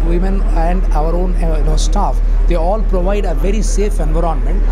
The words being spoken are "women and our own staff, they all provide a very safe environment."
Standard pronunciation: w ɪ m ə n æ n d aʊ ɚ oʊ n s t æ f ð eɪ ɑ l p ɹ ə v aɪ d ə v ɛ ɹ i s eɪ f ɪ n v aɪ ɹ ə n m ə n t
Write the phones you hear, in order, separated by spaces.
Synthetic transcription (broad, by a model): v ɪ m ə n æ n d aʊ ɚ oʊ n s t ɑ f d eɪ ɑ l p ɹ ə v aɪ d ə v ɛ ɹ i s eɪ f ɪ n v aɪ ɹ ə n m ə n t